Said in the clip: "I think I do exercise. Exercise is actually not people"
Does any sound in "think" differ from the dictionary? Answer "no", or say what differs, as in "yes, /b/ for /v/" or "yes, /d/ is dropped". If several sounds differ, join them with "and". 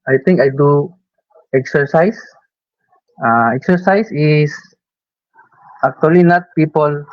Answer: yes, /t/ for /θ/